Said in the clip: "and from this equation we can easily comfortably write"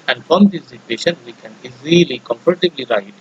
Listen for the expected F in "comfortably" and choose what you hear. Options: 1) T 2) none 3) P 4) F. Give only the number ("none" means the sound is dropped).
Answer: 3